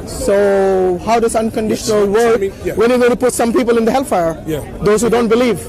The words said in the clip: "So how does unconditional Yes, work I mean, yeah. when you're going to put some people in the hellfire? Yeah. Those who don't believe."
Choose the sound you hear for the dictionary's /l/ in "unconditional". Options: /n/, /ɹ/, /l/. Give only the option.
/l/